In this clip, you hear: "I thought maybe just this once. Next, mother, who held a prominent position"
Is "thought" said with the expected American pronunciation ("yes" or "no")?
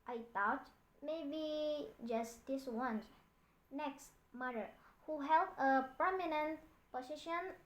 no